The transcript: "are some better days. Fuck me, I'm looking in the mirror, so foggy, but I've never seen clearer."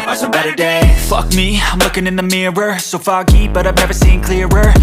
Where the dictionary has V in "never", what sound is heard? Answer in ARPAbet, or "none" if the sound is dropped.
V